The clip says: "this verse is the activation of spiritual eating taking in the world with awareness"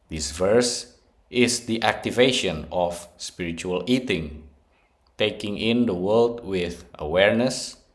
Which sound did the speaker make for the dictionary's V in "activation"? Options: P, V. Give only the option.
V